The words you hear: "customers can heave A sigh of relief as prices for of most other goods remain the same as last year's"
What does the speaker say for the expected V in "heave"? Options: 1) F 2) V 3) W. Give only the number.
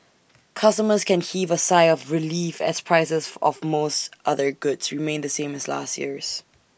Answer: 2